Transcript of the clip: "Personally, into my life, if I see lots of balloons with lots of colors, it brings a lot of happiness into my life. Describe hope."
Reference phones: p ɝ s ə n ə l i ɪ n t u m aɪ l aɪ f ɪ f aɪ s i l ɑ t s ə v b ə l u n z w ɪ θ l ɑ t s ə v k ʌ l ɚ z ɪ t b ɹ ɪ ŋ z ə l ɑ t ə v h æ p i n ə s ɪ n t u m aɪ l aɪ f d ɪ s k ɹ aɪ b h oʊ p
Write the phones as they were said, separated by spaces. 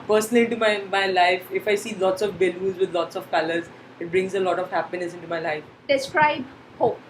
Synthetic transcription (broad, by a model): p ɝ s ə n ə l i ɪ n t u m aɪ l aɪ f ɪ f aɪ s i l ɑ t s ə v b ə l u z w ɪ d l ɑ t s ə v k ʌ l ɚ z ɪ t b ɹ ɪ ŋ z ə l ɑ t ə v h æ p i n ə s ɪ n t u m aɪ l aɪ f d ɪ s k ɹ aɪ b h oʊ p